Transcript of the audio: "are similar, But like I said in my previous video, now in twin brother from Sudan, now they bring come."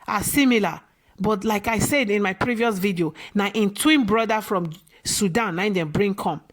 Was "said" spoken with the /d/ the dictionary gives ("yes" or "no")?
yes